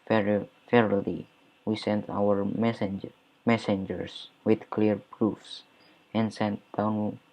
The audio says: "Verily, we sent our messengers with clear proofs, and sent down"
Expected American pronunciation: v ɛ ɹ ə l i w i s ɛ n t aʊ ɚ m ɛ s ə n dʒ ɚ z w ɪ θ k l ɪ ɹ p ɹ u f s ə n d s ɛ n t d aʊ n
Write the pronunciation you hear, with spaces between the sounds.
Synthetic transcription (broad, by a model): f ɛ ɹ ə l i w i s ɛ n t aʊ ɚ m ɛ s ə n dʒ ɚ s w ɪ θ k l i ɹ p ɹ u f s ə n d s ɛ n t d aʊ n